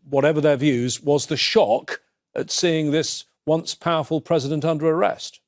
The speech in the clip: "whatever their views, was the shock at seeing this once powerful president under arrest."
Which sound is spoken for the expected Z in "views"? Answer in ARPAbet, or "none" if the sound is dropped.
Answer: Z